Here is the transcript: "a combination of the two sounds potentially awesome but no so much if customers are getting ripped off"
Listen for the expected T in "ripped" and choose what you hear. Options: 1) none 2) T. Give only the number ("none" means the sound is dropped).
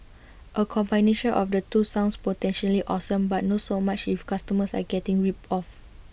1